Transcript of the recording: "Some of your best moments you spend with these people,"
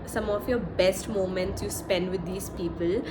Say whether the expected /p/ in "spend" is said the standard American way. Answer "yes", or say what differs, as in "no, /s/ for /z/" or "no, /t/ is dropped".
yes